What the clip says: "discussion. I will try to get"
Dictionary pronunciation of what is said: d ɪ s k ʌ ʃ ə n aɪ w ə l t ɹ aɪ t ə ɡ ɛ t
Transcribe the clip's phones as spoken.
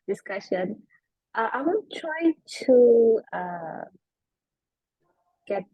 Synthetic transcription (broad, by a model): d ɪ s k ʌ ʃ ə n aɪ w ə n t ɹ aɪ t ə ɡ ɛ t